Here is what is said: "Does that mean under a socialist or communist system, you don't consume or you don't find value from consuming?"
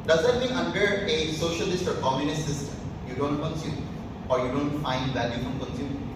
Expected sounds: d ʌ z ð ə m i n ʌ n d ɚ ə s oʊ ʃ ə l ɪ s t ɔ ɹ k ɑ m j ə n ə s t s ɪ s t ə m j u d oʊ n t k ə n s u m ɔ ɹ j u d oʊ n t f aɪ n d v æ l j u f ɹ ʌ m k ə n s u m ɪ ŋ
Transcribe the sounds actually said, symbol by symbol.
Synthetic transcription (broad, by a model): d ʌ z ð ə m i ʌ n d ɚ ə s oʊ ʃ ə l ɪ s t ɔ ɹ k ɑ m j ə n ə s t s ɪ s t ə m j u d oʊ n t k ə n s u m ɔ ɹ j u d oʊ n t f aɪ n d v æ l j u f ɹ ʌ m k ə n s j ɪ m